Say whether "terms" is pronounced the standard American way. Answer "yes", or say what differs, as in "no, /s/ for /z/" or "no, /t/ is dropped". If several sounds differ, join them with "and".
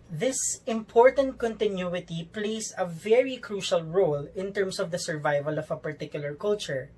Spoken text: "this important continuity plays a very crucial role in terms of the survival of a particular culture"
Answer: no, /s/ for /z/